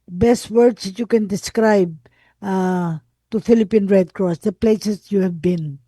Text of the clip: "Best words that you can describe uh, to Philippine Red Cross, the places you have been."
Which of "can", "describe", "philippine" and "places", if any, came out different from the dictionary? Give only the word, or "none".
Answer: places